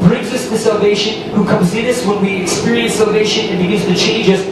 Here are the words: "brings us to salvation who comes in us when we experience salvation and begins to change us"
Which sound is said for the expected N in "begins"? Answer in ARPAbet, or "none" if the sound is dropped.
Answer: none